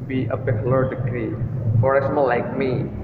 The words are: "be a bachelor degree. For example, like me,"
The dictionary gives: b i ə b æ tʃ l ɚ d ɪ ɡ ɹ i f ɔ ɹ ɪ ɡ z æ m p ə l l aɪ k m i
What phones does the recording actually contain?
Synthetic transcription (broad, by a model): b i ə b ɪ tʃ l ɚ d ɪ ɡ ɹ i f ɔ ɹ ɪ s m ə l l aɪ k m i